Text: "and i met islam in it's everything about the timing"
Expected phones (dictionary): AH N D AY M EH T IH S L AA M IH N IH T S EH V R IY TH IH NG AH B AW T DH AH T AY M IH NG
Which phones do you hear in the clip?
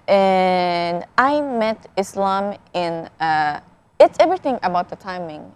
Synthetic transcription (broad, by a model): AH N AY M EH T IH S L AA M IH N IH T S EH V R IY TH IH NG AH B AW T DH AH T AY M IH NG